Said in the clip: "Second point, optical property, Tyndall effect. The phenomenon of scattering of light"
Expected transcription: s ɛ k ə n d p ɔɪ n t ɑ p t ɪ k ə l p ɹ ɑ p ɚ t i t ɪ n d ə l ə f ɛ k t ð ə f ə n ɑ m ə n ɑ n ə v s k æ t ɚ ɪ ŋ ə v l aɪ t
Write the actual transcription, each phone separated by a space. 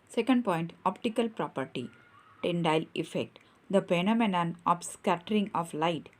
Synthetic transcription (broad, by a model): s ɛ k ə n d p ɔɪ n t ɑ p t ɪ k ə l p ɹ ɑ p ɚ t i t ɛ n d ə l ə f ɛ k t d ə p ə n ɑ m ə n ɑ n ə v s k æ t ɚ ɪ ŋ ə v l aɪ t